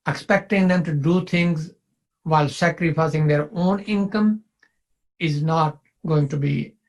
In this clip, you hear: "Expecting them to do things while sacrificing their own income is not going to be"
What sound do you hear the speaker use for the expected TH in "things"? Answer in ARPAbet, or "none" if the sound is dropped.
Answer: T